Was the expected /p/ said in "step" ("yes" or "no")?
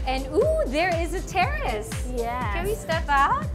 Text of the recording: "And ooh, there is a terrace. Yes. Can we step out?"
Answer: no